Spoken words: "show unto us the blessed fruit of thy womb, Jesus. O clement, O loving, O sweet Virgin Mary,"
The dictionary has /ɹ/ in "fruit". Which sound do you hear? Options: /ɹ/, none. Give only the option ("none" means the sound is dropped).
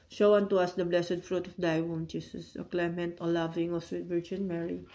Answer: /ɹ/